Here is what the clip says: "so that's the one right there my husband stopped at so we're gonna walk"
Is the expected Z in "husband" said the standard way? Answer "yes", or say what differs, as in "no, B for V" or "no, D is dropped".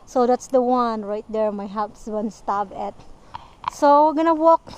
no, S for Z